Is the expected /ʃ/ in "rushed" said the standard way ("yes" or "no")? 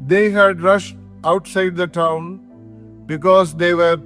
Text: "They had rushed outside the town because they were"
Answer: yes